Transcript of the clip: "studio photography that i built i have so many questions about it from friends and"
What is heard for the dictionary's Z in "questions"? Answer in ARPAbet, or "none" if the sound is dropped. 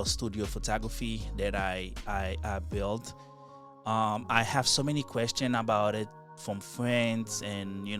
none